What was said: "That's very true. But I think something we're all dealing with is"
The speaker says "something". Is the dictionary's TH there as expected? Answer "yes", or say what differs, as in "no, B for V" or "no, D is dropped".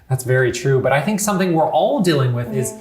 yes